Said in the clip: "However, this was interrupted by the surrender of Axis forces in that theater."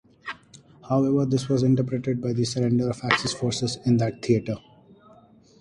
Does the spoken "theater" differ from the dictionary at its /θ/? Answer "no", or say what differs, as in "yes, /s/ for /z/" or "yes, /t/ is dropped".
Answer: yes, /t/ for /θ/